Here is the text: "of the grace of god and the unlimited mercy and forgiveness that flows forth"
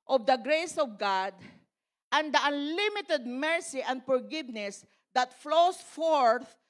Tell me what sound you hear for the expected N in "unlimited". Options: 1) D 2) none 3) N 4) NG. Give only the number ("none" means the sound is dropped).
3